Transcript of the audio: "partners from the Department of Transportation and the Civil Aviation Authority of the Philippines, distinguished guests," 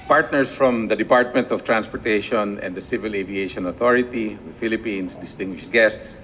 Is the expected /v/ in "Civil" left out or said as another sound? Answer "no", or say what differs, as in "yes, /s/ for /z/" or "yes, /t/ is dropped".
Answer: no